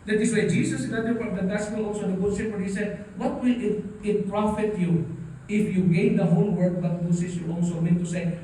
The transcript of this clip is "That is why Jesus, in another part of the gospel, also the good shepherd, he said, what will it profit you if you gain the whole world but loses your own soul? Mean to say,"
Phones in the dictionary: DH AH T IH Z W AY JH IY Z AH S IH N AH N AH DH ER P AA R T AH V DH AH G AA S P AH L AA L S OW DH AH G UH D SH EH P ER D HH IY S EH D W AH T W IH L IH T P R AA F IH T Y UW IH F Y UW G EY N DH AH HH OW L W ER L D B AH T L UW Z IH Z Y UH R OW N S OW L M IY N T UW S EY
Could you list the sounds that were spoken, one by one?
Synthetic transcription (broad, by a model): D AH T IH S W AY JH IY S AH S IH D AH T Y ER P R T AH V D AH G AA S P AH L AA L S OW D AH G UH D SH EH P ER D HH IY S EH D W AH T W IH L IH T P R AA F IH T Y UW IH F Y UW G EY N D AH HH OW L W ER D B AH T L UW S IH S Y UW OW L S OW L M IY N T UW S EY